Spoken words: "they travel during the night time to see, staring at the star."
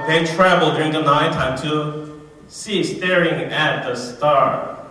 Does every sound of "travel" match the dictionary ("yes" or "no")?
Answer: yes